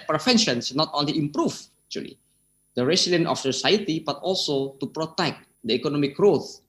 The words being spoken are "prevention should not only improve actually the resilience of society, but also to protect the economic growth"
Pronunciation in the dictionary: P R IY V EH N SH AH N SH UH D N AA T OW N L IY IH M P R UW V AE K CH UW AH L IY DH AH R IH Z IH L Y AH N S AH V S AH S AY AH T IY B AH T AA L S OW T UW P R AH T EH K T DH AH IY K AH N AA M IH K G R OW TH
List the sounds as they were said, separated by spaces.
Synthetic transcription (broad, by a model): P R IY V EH N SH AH N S N AA T OW N L IY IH M P R UW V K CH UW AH L IY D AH R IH S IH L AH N AH F S AH S AY AH T IY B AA T AA L S OW T UW P R AH T EH K T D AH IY K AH N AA M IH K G R OW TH